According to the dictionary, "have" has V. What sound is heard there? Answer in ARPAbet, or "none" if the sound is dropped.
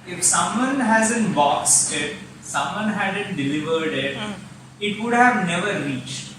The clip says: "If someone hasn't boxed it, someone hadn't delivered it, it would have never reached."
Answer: V